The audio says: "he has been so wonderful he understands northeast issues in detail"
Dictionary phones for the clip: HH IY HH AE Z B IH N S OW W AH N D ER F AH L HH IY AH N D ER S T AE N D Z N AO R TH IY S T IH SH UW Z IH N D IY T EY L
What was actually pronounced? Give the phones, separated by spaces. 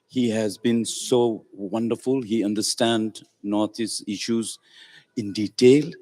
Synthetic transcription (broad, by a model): HH IY HH AE Z B IH N S OW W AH N D ER F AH L HH IY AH N D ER S T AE N D N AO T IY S IH SH UW Z IH N D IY T EY L